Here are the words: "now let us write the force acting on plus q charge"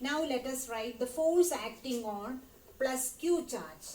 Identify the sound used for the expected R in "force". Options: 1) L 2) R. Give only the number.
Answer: 1